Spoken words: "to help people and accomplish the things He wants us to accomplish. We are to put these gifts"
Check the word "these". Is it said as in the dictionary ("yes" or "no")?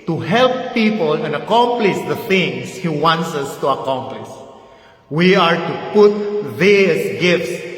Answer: no